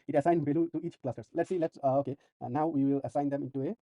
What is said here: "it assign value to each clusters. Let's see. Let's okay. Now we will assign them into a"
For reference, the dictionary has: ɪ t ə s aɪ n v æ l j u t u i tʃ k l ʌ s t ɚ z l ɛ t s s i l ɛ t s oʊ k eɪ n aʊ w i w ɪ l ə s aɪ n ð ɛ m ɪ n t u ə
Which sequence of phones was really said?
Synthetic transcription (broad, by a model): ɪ t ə s aɪ n b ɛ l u t u i tʃ k l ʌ s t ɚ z l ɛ t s s i l ɛ t s oʊ k eɪ n aʊ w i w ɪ l ə s aɪ n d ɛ m ɪ n t u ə